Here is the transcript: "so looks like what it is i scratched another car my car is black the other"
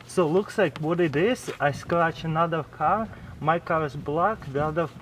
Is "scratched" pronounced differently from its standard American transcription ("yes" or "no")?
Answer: yes